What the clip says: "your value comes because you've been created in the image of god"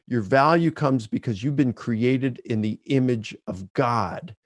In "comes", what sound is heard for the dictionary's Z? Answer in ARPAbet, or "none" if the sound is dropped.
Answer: Z